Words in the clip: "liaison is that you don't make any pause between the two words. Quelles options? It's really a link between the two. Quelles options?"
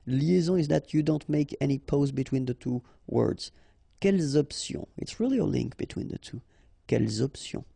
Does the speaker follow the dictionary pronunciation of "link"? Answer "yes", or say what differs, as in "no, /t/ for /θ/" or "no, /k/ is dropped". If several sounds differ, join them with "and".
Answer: yes